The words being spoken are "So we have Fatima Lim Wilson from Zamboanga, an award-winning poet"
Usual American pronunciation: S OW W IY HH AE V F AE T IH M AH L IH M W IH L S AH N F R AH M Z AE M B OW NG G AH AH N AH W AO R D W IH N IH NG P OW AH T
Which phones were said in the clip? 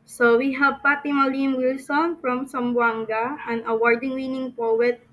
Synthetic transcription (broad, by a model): S OW W IY HH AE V P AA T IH M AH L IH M W IH L S AH N F R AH M S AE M B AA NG G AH AH N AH W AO R D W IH N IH NG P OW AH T